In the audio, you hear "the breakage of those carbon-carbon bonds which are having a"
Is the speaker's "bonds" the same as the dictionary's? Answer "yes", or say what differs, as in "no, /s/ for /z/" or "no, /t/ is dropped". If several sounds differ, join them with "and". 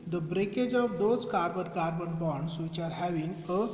no, /n/ is dropped